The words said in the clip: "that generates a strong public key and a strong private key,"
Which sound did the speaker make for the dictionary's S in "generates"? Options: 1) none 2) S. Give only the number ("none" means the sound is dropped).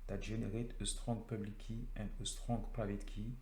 1